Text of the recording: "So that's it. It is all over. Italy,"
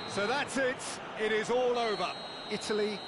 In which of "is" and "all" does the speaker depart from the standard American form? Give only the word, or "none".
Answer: none